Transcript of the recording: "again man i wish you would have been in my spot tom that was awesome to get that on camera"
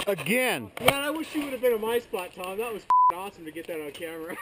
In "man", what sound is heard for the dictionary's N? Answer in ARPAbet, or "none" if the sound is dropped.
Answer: none